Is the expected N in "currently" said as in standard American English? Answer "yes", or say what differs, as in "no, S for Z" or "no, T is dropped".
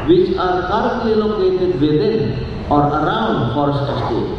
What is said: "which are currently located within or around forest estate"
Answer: no, N is dropped